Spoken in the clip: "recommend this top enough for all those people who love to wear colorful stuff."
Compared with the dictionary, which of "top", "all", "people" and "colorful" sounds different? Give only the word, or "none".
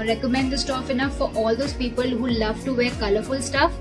top